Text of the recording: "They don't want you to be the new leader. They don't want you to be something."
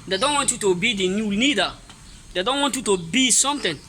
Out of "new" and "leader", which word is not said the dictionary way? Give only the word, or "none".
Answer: leader